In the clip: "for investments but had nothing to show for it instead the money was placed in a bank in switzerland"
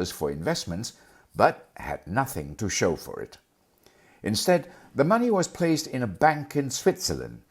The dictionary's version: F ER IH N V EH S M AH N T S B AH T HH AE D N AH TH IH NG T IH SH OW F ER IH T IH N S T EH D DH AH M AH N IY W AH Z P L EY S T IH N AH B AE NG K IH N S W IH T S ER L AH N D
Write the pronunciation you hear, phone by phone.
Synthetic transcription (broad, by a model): F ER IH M V EH S M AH N T S B AH T HH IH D N AH TH IH NG T IH SH OW F ER IH T IH N S T EH D DH AH M AH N IY W AH Z P L EY S T IH N AH B AE NG K IH N S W IH T S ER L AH N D